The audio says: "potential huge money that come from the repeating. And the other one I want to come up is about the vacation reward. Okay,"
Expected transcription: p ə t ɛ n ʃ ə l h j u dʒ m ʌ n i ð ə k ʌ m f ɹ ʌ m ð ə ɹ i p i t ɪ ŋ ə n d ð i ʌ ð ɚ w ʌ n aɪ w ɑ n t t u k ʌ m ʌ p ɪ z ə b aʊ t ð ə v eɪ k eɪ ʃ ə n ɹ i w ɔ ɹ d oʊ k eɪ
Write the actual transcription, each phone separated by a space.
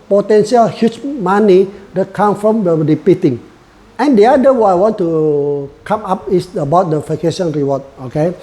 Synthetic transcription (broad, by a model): p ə t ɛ n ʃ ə l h j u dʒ m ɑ n i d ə k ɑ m f ɹ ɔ m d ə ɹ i p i t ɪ ŋ ə n d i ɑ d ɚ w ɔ aɪ w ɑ n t t u k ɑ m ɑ p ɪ s ə b aʊ t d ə f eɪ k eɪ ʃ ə n ɹ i w ɔ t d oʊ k eɪ